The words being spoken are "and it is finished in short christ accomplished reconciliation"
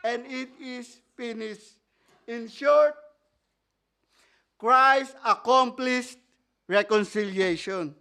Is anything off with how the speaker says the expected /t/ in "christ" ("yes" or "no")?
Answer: yes